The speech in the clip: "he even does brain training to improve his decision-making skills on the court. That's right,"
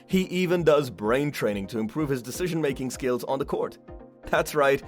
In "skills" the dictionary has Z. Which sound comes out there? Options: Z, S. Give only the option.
Z